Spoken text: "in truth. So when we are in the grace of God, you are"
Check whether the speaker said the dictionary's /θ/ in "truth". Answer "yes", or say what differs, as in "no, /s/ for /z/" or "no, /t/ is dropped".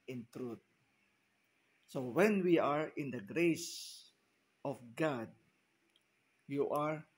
no, /t/ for /θ/